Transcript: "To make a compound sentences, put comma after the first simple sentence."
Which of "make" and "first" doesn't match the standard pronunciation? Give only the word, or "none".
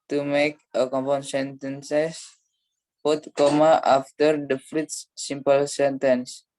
first